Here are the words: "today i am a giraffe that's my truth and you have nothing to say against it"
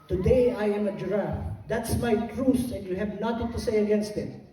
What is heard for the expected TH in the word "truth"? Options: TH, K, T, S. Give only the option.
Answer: S